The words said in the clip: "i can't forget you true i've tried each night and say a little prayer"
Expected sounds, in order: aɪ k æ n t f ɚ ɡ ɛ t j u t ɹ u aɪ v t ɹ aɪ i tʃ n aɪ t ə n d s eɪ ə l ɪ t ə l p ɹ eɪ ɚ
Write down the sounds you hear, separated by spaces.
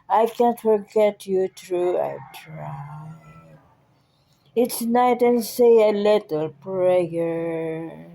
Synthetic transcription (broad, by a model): aɪ k æ n t f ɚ ɡ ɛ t j u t ɹ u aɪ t ɹ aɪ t s n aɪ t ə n s eɪ ə l ɪ t ə l p ɹ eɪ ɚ